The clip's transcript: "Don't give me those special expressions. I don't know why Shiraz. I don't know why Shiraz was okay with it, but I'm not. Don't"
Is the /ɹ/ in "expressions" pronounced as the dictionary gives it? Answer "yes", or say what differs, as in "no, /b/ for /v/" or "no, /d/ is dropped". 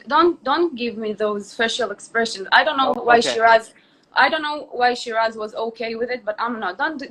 yes